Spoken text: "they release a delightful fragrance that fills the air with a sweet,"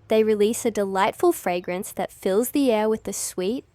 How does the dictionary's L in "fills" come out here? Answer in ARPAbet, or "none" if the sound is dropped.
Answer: L